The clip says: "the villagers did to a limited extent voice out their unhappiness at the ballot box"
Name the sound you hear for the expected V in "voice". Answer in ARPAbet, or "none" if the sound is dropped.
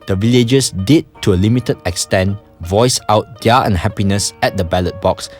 V